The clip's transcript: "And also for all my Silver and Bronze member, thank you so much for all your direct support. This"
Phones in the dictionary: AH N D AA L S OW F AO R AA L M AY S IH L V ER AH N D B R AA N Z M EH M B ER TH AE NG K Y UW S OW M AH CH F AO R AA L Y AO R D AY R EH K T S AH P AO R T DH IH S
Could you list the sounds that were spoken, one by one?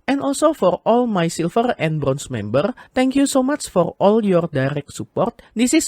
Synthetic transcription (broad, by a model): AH N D AA L S OW F AO R AA L M AY S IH L F ER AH N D B R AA N S M EH M B ER T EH NG K Y UW S OW M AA CH F AO R AA L Y AO R D AY R EH K T S AH P AO R T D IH S